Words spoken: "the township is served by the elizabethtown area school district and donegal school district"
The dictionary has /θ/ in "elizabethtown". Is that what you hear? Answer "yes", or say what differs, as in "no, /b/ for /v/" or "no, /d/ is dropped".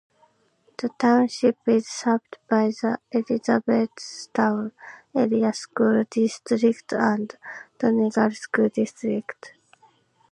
no, /s/ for /θ/